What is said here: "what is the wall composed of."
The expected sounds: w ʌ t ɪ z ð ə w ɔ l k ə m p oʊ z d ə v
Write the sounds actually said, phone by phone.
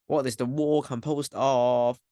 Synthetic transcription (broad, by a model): w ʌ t ɪ z ð ə w ɔ k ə m p oʊ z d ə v